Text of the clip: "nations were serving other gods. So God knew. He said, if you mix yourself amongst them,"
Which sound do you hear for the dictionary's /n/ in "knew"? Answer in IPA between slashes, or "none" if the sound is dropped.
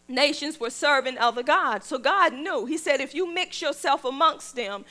/n/